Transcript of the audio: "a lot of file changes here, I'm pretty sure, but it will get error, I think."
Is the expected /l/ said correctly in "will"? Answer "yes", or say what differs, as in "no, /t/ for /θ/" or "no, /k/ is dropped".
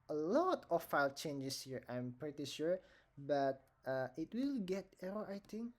yes